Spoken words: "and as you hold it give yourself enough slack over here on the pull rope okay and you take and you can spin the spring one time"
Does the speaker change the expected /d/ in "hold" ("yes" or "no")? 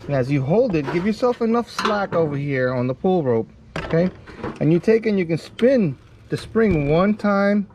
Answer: no